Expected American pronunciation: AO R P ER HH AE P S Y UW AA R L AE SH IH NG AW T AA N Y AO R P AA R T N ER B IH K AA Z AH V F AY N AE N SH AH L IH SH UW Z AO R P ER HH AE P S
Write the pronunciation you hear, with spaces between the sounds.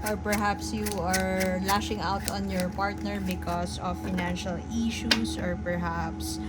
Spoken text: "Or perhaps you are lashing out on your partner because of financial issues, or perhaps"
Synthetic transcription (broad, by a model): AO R P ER HH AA P S Y UW AA R L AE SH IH NG AW T AA N Y AO R P AA R T N ER B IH K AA S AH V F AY N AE N SH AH L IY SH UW S AO R P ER HH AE P S